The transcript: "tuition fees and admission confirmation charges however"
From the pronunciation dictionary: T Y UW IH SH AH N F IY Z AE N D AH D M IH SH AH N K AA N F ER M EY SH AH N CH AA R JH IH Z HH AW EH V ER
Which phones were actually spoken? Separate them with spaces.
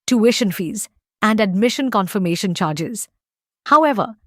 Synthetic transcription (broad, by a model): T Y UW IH SH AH N F IY Z AE N D AH D M IH SH AH N K AA N F ER M EY SH AH N CH AA R JH IH Z HH AW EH V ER